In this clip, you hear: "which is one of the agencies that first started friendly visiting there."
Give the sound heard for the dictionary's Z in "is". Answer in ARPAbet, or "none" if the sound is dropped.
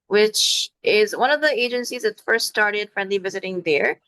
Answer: Z